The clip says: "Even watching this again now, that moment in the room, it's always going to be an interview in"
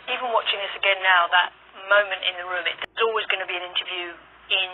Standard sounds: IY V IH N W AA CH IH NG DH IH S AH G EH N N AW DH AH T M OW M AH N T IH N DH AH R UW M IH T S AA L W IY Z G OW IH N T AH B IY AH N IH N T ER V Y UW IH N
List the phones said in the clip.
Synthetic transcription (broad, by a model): IY V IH N W AA CH IH NG DH IH S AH G EH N N AW DH AH T M OW M AH N T IH N DH AH R UW M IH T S AA L W IY Z G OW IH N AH B IY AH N IH N T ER V Y UW IH N